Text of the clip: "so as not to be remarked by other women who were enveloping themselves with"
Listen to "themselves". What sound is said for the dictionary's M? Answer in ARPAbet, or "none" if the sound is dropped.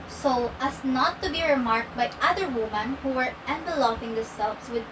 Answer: none